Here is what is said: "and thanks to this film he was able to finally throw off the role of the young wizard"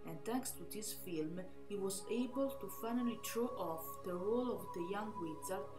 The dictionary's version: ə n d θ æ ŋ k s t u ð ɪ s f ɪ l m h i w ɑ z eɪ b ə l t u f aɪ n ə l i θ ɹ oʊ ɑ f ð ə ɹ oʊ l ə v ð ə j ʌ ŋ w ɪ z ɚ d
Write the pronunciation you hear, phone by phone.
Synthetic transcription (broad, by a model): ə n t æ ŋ k s t u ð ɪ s f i l m h i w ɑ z eɪ b ə l t u f aɪ n ə l i t ɹ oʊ ɑ f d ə ɹ oʊ l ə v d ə j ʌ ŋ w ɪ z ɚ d